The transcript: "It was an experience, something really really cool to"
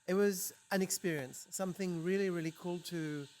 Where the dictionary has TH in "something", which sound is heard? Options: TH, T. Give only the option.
TH